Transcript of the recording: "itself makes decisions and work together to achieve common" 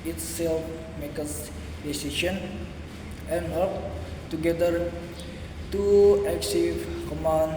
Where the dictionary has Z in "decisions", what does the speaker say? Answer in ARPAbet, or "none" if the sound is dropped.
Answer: none